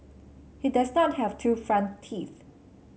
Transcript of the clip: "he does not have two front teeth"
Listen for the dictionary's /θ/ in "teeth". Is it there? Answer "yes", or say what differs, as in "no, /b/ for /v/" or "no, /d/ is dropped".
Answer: yes